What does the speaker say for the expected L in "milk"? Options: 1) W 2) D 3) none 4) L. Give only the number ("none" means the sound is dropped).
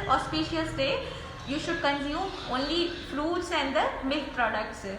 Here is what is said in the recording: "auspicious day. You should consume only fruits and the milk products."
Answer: 3